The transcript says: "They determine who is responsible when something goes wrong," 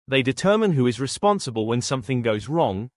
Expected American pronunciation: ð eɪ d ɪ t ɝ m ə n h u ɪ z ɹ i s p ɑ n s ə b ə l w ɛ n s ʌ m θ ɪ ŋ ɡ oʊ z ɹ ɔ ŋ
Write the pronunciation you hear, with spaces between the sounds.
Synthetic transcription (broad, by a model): ð eɪ d ɪ t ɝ m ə n h u ɪ z ɹ i s p ɑ n s ə b ə l w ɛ n s ʌ m θ ɪ ŋ ɡ oʊ z ɹ ɔ ŋ